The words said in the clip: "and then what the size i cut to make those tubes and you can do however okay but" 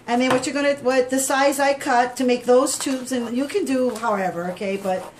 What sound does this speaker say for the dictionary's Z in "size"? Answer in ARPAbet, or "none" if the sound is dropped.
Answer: Z